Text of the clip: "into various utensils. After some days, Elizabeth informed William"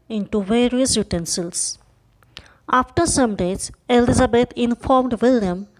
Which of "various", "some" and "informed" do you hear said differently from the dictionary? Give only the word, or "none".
none